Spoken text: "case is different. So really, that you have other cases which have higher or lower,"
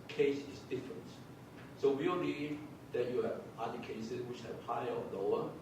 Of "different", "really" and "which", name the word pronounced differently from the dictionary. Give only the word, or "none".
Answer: really